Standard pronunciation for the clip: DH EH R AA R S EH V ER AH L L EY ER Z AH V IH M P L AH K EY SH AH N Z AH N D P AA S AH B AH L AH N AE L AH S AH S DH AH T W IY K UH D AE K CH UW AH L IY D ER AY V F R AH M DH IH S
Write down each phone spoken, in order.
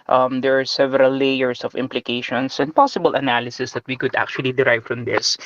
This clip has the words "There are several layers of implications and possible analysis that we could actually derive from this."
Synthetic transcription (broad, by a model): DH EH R AA R S EH V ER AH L L EY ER S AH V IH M P L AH K EY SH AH N S AH N D P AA S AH B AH L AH N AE L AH S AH S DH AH T W IY K UH D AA K CH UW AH L IY D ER AY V F R AH M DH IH S